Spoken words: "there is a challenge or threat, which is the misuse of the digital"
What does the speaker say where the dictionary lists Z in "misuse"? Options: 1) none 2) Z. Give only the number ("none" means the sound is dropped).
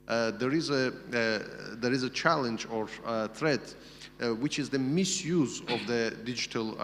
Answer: 2